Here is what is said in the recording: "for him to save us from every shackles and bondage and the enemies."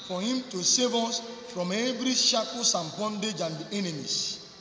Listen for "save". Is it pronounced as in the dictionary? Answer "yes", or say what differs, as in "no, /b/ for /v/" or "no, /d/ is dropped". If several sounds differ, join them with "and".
yes